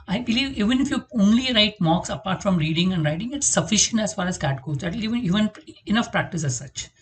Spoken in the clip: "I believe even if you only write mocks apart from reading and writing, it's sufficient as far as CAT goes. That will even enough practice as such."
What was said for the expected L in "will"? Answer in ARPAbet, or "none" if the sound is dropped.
N